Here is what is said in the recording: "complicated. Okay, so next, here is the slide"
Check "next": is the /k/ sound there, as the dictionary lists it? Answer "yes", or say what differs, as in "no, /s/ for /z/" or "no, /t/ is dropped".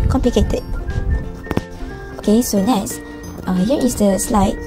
no, /k/ is dropped